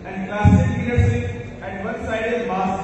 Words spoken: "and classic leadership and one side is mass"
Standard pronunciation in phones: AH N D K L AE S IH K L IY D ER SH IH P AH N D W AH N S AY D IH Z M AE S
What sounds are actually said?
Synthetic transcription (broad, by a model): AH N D K L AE S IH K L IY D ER S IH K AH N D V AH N S AY D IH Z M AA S